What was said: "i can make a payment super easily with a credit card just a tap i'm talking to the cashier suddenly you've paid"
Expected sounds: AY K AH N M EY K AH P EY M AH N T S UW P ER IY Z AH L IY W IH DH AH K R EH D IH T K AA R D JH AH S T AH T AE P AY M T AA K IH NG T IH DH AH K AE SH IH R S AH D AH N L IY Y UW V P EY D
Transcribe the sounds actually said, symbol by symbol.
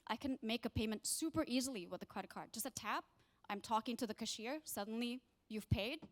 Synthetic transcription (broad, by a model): AY K AH N M EY K AH P EY M AH N T S UW P ER IY Z L IY W IH DH AH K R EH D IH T K AA R D JH AH S T AH T AE P AY M T AA K IH NG T IH DH AH K AE SH IH R S AH D N L IY Y UW V P EY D